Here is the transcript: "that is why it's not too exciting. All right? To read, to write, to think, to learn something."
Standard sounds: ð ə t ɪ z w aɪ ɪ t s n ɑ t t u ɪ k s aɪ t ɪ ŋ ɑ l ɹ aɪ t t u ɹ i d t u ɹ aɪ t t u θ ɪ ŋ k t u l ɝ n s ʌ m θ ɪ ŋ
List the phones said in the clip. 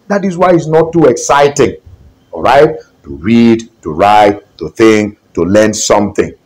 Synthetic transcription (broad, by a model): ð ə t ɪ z w aɪ ɪ t s n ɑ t t u ɪ k s aɪ t ɪ ŋ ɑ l ɹ aɪ t t u ɹ i d t u ɹ aɪ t t u θ ɪ ŋ k t u l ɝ n s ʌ m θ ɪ ŋ